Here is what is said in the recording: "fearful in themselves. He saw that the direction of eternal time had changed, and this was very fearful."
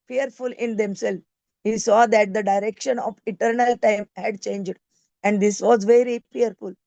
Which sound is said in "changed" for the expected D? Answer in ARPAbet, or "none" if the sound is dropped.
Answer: D